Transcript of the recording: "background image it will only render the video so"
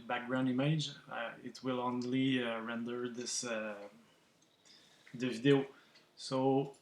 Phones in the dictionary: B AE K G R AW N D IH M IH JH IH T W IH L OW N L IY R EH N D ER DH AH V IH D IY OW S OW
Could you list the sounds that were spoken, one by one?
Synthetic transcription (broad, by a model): B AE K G R AW N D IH M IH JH IH T W IH L OW N L IY R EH N D ER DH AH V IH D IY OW S OW